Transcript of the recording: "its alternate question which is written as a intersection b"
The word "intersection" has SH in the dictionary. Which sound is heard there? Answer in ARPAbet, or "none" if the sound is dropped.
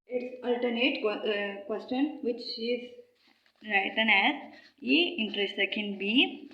none